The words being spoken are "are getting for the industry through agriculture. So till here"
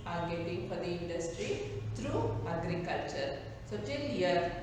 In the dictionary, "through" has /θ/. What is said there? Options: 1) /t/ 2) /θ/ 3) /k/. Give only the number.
1